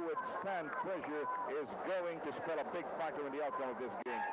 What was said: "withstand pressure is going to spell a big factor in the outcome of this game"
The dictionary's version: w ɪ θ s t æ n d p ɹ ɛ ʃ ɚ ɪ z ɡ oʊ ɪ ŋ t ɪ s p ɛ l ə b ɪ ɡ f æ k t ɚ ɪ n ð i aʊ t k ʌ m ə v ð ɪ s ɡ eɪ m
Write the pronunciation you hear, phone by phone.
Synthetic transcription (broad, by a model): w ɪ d s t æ n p l ɛ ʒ ɚ ɪ z ɡ oʊ ɪ ŋ t ɪ s p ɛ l ə b ɪ ɡ f æ k t ɚ ɪ n ð i aʊ t k ʌ m ə v ð ɪ s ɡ eɪ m